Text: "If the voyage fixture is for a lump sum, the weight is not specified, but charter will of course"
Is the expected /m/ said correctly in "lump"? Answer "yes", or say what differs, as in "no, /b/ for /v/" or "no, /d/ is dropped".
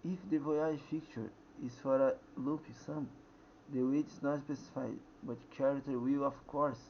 no, /m/ is dropped